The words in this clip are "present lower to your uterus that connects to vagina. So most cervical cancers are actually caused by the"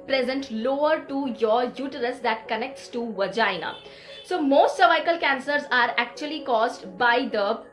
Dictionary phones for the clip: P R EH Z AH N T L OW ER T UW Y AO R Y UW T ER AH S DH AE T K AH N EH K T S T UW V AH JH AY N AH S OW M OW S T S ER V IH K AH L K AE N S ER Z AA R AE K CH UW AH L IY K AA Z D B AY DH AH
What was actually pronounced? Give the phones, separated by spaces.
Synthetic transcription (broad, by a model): P R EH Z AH N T L OW ER T UW Y AO R Y UW T ER AH S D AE T K AH N EH K T S T UW V AH JH AY N AH S OW M OW S T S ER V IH K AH L K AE N S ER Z AA R AE K CH UW AH L IY K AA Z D B AY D AH